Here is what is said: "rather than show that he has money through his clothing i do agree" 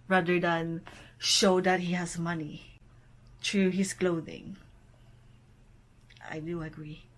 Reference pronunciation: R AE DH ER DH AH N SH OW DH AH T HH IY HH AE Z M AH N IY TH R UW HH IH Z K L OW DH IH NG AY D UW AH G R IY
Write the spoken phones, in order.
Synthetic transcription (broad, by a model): R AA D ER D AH N SH OW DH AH T HH IY HH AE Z M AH N IY T R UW HH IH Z K L OW DH IH NG AY D UW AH G R IY